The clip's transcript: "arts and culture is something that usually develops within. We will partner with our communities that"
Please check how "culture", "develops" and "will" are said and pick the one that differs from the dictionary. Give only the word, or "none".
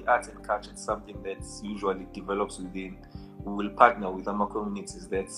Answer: culture